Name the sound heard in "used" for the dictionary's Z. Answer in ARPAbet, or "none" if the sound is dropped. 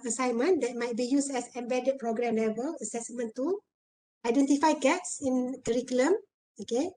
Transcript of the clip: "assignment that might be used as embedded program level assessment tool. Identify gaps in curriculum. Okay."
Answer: S